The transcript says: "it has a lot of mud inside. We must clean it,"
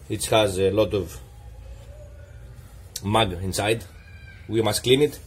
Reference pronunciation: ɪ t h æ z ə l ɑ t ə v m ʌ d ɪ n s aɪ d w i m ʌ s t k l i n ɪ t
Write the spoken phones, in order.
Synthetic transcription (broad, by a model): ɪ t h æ z ə l ɑ t ə v m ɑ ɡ ɪ n s aɪ d w i m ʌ s t k l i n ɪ t